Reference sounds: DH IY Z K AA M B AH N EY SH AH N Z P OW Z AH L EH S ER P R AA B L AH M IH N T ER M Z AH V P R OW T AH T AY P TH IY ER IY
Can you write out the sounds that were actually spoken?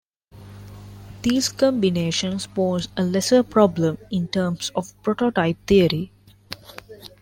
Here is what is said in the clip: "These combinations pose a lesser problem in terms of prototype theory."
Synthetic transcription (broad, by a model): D IY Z K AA M B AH N EY SH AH N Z P OW Z AH L EH S ER P R AA B L AH M IH N T ER M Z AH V P R OW T AH T AY P T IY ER IY